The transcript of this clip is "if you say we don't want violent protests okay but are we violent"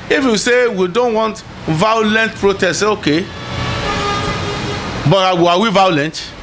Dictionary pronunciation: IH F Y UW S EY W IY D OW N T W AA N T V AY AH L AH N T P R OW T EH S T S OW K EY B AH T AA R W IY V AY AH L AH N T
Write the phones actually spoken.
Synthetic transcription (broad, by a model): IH F Y UW S EY W IY D OW N T W AA N T V AY AH L AH N T P R OW T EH S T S OW K EY B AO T AA W W IY V AY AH L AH N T